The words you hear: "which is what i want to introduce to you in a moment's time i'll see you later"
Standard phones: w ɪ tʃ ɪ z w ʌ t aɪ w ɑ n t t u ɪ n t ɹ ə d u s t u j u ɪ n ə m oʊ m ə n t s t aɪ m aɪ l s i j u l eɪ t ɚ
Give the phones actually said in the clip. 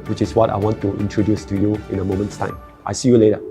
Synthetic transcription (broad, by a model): w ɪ tʃ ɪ s w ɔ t aɪ w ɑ n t t u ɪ n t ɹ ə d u s t u j u ɪ n ə m oʊ m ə n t s t aɪ m aɪ s i j u l eɪ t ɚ